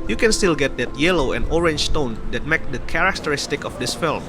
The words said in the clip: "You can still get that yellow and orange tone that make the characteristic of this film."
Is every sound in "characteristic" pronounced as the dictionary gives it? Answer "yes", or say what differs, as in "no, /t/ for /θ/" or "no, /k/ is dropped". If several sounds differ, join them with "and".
yes